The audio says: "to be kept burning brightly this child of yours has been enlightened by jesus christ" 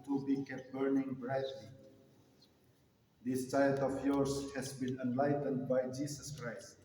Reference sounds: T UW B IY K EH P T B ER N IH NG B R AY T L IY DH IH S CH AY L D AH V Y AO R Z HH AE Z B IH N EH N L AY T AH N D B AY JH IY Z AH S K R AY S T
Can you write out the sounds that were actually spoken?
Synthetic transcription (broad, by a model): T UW B IY K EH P B ER N IH NG B R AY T L IY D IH S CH AY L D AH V Y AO R S HH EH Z B IH N EH N L AY T AH N D B AY JH IY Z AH S K R AY S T